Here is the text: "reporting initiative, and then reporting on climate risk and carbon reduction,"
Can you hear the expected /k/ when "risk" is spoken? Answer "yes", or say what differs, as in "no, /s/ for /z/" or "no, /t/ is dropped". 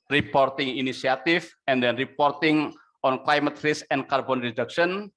no, /k/ is dropped